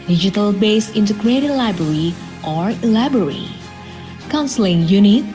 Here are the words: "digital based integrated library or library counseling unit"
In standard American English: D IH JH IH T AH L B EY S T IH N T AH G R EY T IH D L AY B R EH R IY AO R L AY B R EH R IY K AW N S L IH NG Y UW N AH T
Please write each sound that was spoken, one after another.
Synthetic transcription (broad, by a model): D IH JH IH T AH L B EY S IH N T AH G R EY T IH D L AY B R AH R IY AO R L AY B R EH R IY K AW N S L IH NG Y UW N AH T